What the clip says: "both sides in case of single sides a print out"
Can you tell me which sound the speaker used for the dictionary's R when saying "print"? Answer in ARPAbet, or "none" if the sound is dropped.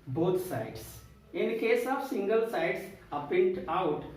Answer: none